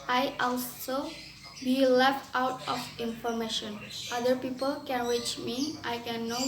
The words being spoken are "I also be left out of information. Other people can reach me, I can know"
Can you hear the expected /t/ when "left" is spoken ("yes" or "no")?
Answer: yes